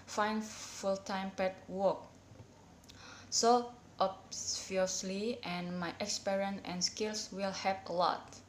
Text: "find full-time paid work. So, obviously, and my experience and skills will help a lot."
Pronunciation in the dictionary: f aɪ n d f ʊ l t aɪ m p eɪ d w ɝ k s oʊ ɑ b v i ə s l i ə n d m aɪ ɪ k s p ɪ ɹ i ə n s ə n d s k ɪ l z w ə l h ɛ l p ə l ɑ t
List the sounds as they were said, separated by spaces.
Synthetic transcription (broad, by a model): f aɪ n f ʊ l t aɪ m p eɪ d w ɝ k s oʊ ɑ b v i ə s l i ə n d m aɪ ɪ k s p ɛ ɹ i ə n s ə n s k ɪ l s w ə l h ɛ p ə l ɑ t